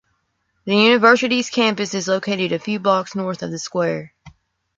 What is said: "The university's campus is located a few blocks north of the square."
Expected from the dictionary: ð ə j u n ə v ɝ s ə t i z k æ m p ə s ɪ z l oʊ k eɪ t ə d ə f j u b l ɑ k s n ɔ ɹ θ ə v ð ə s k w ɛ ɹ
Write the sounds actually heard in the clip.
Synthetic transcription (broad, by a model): ð ə j u n ə v ɝ s ə t i z k æ m p ə s ɪ z l oʊ k eɪ t ə d ə f j u b ɑ k s n ɔ ɹ θ ə v ð ə s k w ɛ ɹ